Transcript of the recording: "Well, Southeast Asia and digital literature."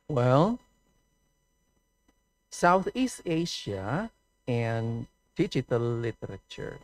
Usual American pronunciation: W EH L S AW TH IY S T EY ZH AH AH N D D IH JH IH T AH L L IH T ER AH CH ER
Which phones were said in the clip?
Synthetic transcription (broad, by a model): W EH L S AW TH IY S T EY SH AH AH N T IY CH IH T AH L L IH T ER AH CH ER